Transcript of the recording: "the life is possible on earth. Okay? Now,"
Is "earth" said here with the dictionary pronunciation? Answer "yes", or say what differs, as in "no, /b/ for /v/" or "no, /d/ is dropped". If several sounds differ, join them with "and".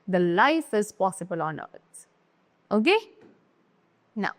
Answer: no, /t/ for /θ/